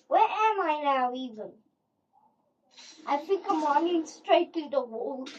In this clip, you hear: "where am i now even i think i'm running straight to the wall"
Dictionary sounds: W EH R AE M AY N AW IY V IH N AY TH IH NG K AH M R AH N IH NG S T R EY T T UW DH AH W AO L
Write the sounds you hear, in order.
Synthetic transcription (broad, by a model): W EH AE M AY N AW IY V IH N AY F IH K AH M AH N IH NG S T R EY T T UW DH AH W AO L